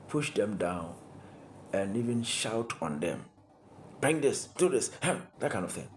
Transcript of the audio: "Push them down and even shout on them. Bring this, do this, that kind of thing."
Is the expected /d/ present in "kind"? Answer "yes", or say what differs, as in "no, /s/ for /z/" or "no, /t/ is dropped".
no, /d/ is dropped